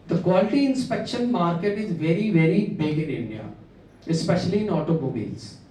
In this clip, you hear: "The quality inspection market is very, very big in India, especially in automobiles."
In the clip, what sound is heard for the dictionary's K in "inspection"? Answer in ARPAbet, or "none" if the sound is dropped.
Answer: K